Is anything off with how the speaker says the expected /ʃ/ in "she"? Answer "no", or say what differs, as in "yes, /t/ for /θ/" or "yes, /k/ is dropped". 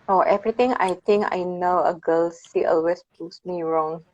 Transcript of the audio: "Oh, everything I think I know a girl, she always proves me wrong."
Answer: yes, /s/ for /ʃ/